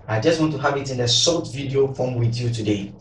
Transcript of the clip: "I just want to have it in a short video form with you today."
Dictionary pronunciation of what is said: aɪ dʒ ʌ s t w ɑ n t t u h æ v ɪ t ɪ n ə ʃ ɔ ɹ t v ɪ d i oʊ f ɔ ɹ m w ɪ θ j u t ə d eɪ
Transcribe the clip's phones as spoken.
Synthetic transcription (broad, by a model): aɪ dʒ ʌ s t w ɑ n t t u h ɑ v ɪ t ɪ n ə s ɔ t v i d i oʊ f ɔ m w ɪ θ j u t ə d eɪ